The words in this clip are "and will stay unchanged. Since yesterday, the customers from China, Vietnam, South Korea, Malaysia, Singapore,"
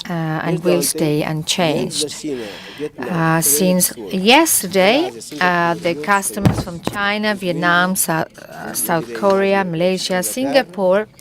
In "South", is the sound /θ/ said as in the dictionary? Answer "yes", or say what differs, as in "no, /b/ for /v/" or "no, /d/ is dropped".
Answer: yes